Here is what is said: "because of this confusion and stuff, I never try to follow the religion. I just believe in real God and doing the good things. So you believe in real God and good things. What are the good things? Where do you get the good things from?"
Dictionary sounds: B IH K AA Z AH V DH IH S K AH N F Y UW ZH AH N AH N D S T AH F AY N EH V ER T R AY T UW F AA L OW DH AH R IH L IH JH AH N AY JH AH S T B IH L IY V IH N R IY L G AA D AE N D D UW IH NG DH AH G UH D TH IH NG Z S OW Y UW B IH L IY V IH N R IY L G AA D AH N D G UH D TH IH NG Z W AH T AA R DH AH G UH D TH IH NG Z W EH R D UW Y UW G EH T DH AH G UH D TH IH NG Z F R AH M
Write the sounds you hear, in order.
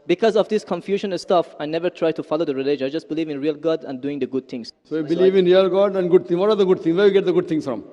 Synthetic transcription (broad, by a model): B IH K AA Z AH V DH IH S K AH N F Y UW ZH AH N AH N S T AH F AY N EH V ER T R AY T UW F AA L OW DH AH R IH L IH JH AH IH JH AH S T B IH L IY V IH N R IY L G AA D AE N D D UW IH NG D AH G UH D T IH NG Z S OW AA B IH L IY V IH N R IY L G AA D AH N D G UH D T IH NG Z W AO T AA R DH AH G UH D T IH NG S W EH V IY G EH T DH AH G UH D T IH NG S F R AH M